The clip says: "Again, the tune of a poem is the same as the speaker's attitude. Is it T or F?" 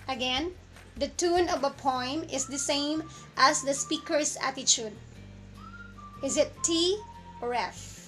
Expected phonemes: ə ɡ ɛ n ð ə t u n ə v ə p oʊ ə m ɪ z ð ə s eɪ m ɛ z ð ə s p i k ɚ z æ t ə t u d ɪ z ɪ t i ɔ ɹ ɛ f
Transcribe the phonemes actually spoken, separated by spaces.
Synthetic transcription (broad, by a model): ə ɡ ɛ n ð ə t u n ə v ə p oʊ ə m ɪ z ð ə s eɪ m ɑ s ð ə s p i k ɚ s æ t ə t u d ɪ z ɪ t i ɔ ɹ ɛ f